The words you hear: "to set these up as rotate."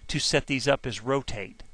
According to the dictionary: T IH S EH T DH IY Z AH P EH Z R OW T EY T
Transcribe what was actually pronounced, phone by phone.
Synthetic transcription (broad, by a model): T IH S EH T DH IY Z AH P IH Z R OW T EY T